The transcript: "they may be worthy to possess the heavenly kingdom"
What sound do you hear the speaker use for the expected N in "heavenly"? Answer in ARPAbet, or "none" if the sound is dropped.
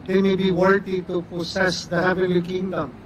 none